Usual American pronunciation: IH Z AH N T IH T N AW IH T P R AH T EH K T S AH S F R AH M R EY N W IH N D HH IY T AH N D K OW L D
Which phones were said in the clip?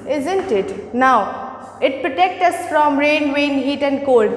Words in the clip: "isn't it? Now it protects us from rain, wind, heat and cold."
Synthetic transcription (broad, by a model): IH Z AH N T IH T N AW IH T P R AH T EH K T AH S F R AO M R EY N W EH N HH IY T AH N D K OW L D